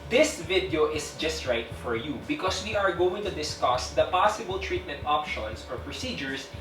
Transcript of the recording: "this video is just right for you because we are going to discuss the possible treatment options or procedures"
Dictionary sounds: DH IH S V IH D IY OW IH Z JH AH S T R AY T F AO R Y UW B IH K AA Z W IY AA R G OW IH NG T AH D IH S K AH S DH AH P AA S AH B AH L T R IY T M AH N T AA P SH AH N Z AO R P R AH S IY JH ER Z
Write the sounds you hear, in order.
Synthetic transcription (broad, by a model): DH IH S V IH D IY OW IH S JH AH S T R AY T F AO R Y UW B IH K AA S W IY AA R G OW IH NG T AH D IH S K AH S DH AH P AA S AH B AH L T R IY T M AH N T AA P SH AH N S AO R P R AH S IY JH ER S